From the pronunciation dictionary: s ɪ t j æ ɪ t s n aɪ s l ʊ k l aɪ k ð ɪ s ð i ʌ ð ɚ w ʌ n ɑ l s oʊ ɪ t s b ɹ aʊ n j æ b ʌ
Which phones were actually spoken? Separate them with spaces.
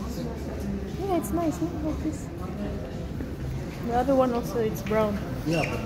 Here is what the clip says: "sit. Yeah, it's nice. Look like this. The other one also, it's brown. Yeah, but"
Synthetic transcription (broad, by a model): j æ ɪ t s n aɪ s n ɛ l aɪ k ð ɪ s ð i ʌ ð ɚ w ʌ n ɑ l s oʊ ɪ t s b ɹ aʊ n j æ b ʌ